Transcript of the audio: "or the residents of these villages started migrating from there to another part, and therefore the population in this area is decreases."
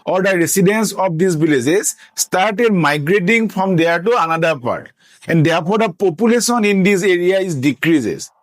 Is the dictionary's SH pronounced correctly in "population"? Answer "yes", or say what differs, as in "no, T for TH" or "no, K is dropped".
no, S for SH